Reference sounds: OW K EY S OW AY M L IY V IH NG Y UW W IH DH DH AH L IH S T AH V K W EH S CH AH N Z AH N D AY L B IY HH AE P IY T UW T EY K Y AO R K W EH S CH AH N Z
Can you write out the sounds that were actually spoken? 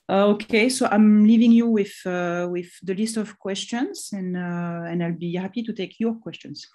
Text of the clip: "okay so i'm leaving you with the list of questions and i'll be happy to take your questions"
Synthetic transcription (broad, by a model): OW K EY S OW AY M L IY V IH NG Y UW W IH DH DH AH L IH S T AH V K W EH S CH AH N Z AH N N AY L B IY HH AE P IY T UW T EY K Y AO R K W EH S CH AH N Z